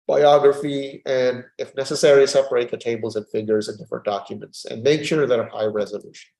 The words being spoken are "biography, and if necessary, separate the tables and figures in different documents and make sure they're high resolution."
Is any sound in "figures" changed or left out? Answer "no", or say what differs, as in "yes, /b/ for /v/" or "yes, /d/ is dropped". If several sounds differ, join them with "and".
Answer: no